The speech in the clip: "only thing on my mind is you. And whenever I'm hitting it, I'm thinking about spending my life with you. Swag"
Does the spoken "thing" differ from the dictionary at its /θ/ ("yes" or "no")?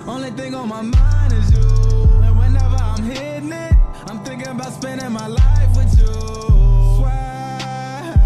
no